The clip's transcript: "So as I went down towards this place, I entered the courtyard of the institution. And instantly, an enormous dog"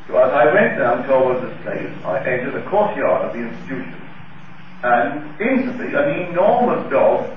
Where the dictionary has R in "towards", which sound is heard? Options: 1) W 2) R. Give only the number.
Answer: 1